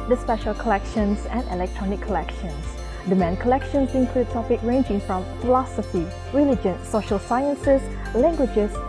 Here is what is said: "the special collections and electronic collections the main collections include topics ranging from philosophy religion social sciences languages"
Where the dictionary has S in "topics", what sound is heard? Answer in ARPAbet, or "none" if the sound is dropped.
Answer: none